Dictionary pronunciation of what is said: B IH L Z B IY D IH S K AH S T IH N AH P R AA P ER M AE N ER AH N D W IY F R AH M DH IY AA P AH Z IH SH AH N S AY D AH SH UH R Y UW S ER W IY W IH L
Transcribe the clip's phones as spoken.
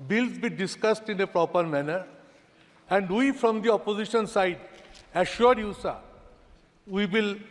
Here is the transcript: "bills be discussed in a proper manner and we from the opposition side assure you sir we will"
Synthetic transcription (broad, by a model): B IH L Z B IY D IH S K AH S T IH N AH P R AA P ER M AE N ER AH N D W IY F R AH M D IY AA P AH Z IH SH AH N S AY D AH SH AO R Y UW S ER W IY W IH L